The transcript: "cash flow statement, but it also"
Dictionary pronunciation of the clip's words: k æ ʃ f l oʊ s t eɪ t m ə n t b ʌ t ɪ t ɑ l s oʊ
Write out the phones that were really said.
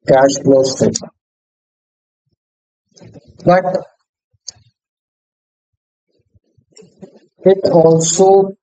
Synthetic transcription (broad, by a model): k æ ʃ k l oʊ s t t ə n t b ʌ t ɪ t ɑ l s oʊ